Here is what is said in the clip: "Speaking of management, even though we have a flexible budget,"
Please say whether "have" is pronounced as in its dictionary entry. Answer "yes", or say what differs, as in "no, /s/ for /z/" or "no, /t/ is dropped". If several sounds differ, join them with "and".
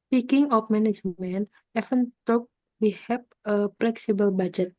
no, /p/ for /v/